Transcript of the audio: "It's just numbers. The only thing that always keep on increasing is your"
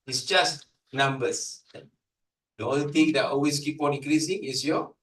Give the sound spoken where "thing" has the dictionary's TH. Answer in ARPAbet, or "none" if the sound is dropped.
T